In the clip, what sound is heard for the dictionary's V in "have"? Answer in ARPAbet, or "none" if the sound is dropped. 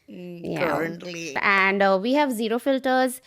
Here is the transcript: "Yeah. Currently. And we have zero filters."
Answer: V